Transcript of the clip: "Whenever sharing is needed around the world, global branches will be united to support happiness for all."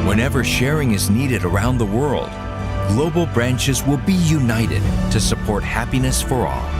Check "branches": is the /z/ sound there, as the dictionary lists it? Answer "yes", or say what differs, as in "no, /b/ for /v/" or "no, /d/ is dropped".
yes